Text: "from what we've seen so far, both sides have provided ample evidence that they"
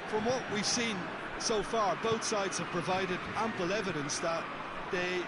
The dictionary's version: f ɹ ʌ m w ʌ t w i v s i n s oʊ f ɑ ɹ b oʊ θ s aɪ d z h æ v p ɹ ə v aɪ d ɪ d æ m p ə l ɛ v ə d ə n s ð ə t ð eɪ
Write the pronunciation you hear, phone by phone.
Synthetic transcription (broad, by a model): f ɹ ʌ m w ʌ t w i v s i n s oʊ f ɑ ɹ b oʊ θ s aɪ d z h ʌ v p ɹ ə v aɪ d ɪ d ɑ m p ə l ɛ v ə d ə n s ð ə t ð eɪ